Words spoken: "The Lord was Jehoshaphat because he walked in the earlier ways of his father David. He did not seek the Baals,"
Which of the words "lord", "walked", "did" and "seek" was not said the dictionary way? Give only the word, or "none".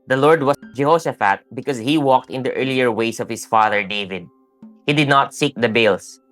none